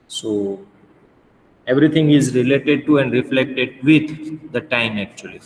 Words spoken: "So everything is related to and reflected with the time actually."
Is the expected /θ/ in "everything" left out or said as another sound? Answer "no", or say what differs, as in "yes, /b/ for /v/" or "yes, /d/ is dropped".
yes, /t/ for /θ/